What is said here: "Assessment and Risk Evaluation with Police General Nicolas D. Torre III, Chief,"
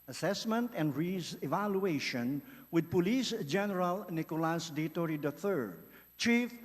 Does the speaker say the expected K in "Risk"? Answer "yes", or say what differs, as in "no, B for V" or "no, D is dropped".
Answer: no, K is dropped